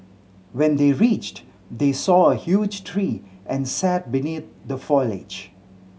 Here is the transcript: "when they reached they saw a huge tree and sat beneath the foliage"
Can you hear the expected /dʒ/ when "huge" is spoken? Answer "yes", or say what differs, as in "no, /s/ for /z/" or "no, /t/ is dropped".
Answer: yes